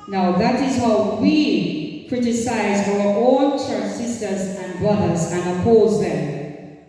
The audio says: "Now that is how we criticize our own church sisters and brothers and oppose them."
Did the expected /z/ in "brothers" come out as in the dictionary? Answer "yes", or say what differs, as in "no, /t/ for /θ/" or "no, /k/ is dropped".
yes